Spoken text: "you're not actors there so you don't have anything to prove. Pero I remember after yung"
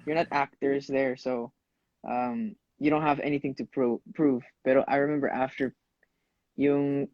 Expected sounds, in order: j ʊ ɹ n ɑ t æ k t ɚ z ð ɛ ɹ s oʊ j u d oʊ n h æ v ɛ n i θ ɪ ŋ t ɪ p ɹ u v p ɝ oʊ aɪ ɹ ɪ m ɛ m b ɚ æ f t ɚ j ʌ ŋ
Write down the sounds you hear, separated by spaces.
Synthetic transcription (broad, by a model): j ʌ ɹ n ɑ t æ k t ɚ z ð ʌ ɹ s oʊ j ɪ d oʊ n h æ v ɛ n i θ ɪ ŋ t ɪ p ɹ u v b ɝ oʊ aɪ ɹ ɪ m ɛ m b ɚ æ f t ɚ j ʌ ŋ